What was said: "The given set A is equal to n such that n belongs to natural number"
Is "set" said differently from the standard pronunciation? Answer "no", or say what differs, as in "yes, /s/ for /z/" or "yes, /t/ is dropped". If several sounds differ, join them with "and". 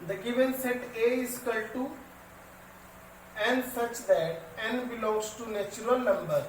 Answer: no